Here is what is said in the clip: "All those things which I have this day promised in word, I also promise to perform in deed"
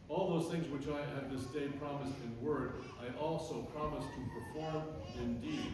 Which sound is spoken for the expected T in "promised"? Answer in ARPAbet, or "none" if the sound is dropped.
T